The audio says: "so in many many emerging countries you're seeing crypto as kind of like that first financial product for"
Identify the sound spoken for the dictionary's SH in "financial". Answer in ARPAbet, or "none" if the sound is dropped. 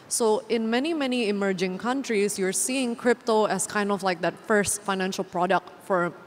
SH